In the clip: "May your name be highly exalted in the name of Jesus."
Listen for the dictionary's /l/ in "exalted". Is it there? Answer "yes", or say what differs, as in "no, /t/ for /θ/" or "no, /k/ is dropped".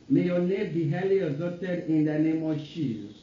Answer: no, /l/ is dropped